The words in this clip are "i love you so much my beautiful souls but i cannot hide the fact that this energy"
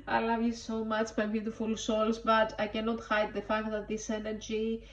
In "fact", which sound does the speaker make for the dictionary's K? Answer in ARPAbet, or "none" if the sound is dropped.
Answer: K